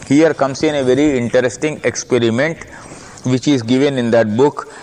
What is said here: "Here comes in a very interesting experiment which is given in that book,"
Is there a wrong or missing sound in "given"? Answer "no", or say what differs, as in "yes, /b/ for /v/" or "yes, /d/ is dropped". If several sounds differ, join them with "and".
no